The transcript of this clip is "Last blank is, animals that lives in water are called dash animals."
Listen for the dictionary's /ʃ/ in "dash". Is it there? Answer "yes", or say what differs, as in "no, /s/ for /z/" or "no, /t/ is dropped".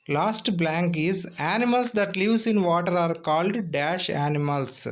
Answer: yes